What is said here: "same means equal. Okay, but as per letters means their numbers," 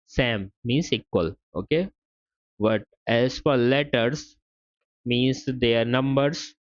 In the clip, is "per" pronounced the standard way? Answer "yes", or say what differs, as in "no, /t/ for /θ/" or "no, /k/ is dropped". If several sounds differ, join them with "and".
no, /f/ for /p/